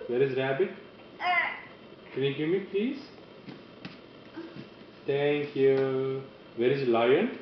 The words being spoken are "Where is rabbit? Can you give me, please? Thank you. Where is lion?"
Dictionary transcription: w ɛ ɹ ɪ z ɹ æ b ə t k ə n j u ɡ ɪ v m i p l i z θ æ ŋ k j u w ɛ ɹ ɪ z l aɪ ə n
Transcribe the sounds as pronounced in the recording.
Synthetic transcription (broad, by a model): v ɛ ɹ ɪ z ɹ æ b ə t k ə n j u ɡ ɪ m i p l i z t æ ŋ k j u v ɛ ɹ ɪ z l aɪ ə n